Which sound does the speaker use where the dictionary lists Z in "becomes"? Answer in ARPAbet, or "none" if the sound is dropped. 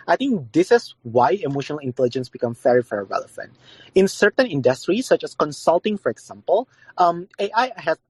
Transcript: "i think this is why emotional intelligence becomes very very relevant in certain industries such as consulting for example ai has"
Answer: none